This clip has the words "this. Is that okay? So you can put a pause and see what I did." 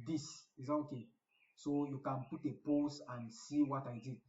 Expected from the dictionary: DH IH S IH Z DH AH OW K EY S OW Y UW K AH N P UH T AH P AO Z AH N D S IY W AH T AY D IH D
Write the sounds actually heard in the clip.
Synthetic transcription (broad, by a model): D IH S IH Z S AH OW K EY S OW Y UW K AH N P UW T AH P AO S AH N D S IY W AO T AY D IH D